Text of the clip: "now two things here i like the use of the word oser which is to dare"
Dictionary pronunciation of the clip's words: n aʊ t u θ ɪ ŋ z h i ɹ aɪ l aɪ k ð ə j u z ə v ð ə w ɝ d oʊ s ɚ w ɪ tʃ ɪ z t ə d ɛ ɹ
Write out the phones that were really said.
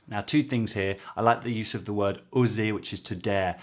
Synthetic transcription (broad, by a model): n aʊ t u θ ɪ ŋ z h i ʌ aɪ l aɪ k ð ə j u z ə v ð ə w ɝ d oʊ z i w ɪ tʃ ɪ z t ə d ɛ